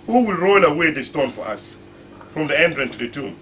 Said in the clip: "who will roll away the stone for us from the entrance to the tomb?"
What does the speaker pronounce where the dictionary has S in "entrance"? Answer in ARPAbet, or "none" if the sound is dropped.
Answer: none